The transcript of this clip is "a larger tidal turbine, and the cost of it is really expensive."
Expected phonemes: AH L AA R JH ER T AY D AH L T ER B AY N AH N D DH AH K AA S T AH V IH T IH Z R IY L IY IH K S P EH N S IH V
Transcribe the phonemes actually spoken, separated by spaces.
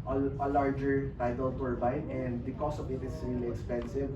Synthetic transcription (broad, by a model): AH L AA R JH ER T AY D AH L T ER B AY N AH N D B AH K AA S AH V IH T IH S R IY L IY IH K S P EH N S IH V